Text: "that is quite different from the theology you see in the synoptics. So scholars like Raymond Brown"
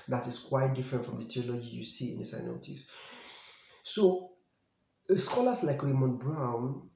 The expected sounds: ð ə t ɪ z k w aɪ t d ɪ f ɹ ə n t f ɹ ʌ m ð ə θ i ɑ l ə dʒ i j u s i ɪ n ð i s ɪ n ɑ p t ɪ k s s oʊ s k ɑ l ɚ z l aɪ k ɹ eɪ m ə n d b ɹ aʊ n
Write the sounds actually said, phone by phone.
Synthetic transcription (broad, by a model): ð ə t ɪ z k w aɪ t d ɪ f ɹ ə n t f ɹ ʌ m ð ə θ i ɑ l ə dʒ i j u s i ɪ n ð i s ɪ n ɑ t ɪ s s oʊ s k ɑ l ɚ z l aɪ k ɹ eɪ m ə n b ɹ aʊ n